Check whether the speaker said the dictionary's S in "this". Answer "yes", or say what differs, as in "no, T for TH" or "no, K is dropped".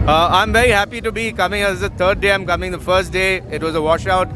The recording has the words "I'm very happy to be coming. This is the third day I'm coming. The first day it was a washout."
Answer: no, S is dropped